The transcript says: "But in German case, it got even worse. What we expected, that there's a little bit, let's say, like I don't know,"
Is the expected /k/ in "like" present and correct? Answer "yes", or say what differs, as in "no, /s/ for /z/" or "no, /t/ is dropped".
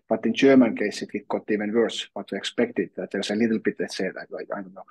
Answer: no, /k/ is dropped